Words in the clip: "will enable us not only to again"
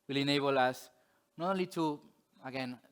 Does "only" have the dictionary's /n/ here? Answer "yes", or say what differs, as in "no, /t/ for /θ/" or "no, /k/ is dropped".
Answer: no, /n/ is dropped